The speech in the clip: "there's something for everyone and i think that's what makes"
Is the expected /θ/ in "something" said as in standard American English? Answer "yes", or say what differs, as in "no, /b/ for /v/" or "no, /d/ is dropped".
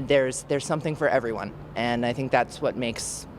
yes